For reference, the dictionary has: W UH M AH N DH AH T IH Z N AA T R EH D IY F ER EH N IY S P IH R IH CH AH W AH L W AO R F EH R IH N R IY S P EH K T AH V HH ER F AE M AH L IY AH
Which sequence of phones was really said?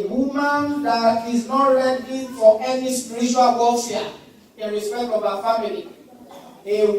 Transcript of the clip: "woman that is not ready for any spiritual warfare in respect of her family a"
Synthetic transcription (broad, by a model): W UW M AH N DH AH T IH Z N AA T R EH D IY F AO EH N IY S P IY R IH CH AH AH L W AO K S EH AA IH N R IY S P EH K T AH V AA F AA M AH L IY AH